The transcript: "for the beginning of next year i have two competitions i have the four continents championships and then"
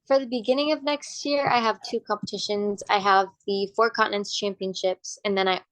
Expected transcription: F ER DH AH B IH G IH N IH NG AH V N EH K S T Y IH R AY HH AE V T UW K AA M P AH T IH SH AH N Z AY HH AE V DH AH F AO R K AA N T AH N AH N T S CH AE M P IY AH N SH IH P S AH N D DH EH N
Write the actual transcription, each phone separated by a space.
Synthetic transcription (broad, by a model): F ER DH AH B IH G IH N IH NG AH V N EH K S T Y IH R AY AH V T UW K AA M P AH T IH SH AH N Z AY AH V DH AH F AO R K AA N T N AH N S CH AE M P IY AH N SH IH P S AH N DH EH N